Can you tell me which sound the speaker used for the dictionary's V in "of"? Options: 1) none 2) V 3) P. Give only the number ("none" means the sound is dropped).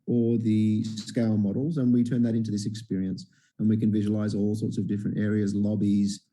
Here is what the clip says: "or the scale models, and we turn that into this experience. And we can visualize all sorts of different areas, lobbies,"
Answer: 2